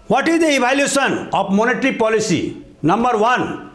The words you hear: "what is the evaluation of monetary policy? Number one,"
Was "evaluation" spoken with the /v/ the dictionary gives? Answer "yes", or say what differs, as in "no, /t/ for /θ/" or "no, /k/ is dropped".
no, /b/ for /v/